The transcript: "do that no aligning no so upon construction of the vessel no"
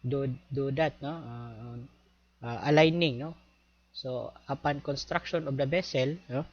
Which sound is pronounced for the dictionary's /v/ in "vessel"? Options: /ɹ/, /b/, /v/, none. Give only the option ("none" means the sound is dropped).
/b/